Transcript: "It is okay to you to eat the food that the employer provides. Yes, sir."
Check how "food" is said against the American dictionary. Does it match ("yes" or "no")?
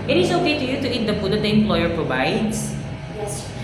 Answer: no